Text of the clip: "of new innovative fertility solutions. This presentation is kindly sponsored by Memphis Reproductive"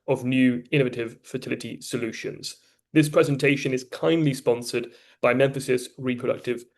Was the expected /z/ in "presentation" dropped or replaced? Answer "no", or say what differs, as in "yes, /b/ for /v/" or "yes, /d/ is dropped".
no